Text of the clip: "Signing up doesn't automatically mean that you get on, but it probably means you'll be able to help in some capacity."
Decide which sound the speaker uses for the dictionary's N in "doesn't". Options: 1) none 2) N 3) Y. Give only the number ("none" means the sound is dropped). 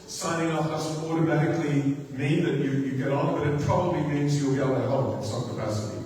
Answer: 1